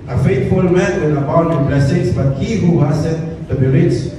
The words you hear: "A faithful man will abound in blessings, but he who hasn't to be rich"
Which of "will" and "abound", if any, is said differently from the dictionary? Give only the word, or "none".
will